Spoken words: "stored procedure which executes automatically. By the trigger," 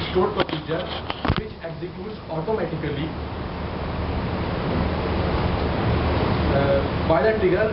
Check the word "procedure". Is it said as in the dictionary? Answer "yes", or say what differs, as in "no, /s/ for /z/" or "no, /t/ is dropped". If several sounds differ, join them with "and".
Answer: yes